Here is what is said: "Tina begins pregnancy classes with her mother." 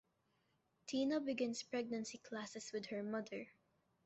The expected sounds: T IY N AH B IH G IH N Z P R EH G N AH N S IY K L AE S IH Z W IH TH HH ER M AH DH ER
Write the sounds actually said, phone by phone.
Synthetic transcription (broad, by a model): T IY N AH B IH G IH N S P R EH G N AH N S IY K L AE S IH S W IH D HH ER M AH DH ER